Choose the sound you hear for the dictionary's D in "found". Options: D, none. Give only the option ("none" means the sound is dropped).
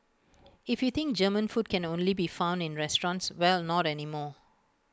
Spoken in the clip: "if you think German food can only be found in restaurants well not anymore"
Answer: D